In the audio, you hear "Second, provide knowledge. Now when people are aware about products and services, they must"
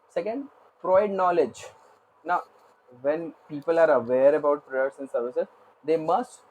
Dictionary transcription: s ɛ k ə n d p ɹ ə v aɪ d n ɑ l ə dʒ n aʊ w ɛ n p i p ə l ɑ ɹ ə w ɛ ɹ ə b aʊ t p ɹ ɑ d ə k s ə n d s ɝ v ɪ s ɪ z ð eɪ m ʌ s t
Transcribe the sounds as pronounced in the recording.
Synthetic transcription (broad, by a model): s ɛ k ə n d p ɹ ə ɪ d n ɑ l ə dʒ n aʊ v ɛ n p i p ə l ɑ ɹ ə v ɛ ɹ ə b aʊ t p ɹ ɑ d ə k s ə n d s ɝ v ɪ s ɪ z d eɪ m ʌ s t